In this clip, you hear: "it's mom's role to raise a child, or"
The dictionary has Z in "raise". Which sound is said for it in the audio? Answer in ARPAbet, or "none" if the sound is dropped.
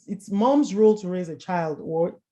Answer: Z